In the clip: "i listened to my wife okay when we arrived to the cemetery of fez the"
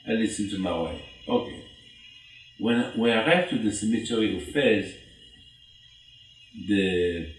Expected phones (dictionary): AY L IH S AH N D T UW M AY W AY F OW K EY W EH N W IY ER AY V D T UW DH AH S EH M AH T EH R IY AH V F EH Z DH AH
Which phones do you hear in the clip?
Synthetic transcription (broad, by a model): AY L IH S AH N T UW M AY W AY OW K EY W EH N W IY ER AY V T UW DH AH S EH M AH T EH R IY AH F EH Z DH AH